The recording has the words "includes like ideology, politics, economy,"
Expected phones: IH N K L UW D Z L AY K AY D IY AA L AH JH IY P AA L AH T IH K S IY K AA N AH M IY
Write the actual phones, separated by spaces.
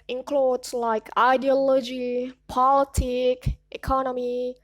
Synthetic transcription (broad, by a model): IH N K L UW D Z L AY K AY D IY AA L AH JH IY P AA L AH T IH K IY K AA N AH M IY